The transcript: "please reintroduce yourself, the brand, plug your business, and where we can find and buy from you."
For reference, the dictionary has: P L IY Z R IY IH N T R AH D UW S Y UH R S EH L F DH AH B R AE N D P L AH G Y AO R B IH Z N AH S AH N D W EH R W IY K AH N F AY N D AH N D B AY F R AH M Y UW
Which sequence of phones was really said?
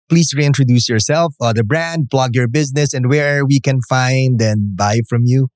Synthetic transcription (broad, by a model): P L IY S R IY IH N T R AH D UW S Y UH R S EH L F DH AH B R AE N D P L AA G Y AO R B IH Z N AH S AH N D W EH R W IY K AH N F AY N D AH N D B AY F R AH M Y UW